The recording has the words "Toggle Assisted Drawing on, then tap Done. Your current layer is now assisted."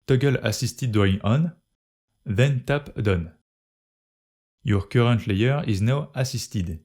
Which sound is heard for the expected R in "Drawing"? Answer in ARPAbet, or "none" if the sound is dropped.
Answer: none